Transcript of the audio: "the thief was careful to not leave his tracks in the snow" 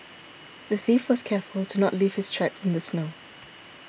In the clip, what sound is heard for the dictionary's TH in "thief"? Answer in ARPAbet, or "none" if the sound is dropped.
TH